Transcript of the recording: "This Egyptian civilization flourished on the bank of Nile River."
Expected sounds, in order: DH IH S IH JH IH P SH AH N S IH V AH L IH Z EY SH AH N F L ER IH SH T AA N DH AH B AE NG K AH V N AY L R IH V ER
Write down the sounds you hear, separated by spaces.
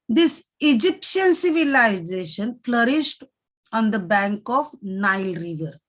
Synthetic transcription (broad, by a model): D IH S IH JH IH P SH AH N S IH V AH L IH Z EY SH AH N F L ER IH SH T AA N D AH B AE NG K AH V N AY L R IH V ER